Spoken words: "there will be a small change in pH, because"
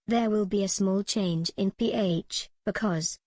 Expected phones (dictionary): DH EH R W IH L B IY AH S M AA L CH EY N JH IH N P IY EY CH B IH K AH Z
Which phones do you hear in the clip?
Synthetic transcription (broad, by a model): DH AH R W IH L B IY AH S M AA L CH EY N JH IH N P IY EY CH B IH K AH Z